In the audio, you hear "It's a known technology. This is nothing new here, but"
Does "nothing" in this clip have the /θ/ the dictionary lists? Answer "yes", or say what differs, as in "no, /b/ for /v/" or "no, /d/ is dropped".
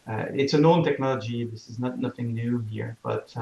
yes